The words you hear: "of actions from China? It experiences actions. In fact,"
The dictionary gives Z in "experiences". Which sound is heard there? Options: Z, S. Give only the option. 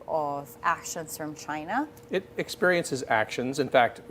Z